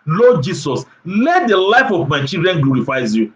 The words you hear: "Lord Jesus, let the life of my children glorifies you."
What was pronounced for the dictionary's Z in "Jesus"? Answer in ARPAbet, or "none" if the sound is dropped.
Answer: S